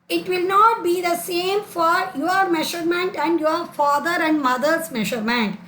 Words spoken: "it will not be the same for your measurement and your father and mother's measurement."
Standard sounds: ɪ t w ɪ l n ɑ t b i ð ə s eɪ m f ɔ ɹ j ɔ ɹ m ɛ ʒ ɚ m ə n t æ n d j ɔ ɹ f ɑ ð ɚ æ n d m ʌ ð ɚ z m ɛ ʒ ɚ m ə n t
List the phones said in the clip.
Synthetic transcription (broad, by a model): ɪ t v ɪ l n ɑ t b i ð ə s eɪ m f ɔ ɹ j ɔ ɹ m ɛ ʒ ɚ m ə n t æ n d j ɔ ɹ f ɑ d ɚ æ n d m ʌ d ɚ s m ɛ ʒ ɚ m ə n t